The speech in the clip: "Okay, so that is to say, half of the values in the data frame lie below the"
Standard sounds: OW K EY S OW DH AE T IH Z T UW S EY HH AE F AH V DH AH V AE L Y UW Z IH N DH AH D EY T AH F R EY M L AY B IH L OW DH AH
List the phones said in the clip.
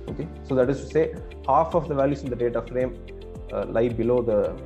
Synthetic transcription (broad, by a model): OW K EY S OW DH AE T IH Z T UW S EY HH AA F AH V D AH V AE L Y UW S IH N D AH D EY T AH F R EY M L AY B IH L OW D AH